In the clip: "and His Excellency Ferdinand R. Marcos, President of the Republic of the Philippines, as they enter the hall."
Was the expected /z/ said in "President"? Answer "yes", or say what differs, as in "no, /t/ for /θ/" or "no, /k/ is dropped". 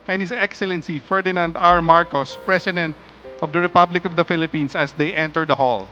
no, /s/ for /z/